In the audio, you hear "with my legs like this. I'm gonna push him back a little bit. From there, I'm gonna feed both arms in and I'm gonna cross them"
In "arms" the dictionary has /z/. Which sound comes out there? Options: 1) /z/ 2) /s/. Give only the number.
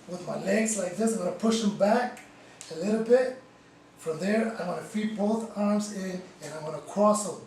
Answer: 1